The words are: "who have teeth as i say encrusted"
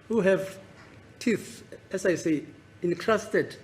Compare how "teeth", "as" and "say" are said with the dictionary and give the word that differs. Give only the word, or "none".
as